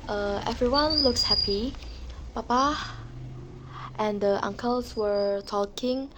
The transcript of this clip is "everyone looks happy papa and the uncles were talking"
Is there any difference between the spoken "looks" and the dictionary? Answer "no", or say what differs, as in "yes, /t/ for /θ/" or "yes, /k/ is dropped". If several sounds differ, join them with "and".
no